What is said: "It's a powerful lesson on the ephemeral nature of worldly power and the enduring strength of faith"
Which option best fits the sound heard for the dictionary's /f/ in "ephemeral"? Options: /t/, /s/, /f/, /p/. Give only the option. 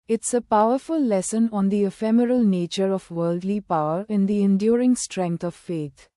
/f/